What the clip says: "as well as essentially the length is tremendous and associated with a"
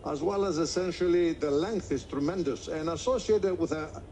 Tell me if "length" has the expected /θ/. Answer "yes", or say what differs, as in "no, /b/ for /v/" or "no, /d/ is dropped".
yes